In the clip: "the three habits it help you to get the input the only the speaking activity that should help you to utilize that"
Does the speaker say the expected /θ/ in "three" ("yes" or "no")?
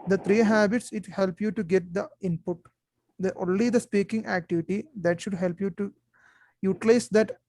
no